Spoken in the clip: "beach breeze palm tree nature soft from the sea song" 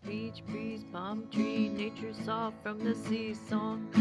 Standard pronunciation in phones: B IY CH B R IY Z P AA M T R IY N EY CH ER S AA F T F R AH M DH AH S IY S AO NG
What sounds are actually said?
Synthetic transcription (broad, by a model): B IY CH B R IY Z B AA M T R IY N EY CH ER S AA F F R AH M DH AH S IY S AO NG